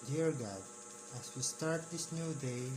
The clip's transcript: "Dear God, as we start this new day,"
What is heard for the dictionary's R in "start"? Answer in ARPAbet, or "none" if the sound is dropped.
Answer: R